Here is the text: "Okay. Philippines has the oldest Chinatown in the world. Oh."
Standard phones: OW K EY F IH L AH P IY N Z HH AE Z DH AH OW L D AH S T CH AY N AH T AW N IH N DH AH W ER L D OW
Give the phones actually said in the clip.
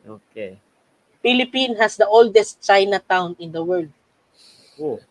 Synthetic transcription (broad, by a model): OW K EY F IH L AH P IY N HH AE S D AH OW L D AH S T CH AY N AH T AW N IH N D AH W ER L D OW